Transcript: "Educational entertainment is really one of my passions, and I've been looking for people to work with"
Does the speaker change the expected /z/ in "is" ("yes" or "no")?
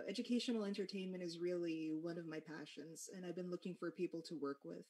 no